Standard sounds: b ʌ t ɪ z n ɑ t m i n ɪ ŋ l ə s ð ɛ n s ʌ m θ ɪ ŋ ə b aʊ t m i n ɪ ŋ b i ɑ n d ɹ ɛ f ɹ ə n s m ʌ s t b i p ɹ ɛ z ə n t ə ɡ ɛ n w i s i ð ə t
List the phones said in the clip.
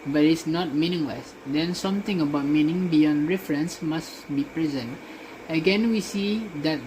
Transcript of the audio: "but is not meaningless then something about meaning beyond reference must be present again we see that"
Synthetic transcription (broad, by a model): b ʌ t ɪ s n ɑ t m i n ɪ ŋ l ə s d ɛ n s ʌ m t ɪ ŋ ə b aʊ t m i n ɪ ŋ b i ɑ n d ɹ ɛ f ɹ ə n s m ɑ s b i p ɹ ɛ z ə n t ə ɡ ɛ n w i s i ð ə t